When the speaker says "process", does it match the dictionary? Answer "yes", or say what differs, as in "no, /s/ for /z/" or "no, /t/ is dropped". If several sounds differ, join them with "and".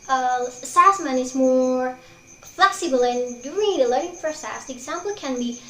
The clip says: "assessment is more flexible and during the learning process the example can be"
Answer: no, /f/ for /p/